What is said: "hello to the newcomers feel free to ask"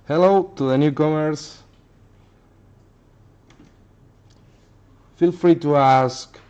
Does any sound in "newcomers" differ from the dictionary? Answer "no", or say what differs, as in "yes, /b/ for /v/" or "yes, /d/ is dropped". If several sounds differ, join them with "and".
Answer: yes, /s/ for /z/